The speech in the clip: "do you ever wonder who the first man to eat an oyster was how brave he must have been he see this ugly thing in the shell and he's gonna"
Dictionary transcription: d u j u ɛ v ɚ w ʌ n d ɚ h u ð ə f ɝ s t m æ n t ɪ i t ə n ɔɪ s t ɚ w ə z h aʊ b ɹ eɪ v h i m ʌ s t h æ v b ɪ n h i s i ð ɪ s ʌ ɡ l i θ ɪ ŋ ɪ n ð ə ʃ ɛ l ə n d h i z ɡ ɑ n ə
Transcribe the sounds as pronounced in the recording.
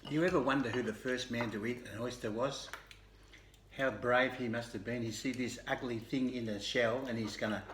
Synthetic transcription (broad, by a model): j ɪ ɛ v ɚ w ʌ n d ɚ h u ð ə f ɝ s t m æ n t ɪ i t ə n ɔɪ s t ɚ w ə z h aʊ b ɹ eɪ v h i m ʌ s t h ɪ v b ɪ n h i s i ð ɪ s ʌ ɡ l i θ ɪ ŋ ɪ n ð ə ʃ ɛ l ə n i z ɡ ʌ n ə